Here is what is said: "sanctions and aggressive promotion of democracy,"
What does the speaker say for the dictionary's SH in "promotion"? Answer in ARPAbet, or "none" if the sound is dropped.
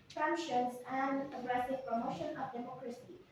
SH